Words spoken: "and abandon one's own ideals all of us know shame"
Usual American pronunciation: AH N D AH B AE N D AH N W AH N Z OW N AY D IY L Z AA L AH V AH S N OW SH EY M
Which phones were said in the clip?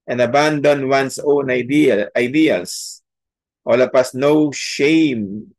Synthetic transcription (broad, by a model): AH N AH B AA N D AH N W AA N S OW N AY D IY L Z AA L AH P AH S N OW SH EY M